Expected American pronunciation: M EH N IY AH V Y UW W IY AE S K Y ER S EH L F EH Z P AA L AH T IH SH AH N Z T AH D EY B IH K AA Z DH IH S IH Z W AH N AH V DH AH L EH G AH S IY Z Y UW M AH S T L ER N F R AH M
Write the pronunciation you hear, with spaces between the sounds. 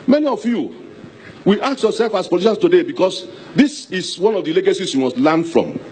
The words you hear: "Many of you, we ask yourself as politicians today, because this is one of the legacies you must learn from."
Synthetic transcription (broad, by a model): M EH N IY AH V Y UW W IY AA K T Y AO S EH L F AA S P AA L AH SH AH N S T AH D EY B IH K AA S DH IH S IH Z W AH N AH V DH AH L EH G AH S IY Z Y UW M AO S T L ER N F R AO M